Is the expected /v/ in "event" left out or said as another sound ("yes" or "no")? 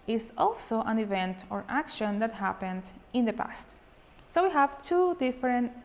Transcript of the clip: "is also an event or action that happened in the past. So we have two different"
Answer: no